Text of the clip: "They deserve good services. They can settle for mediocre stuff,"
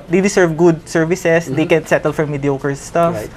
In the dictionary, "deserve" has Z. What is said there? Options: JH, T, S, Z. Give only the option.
S